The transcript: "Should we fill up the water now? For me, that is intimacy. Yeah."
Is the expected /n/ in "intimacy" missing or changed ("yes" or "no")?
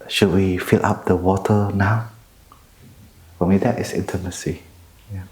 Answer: no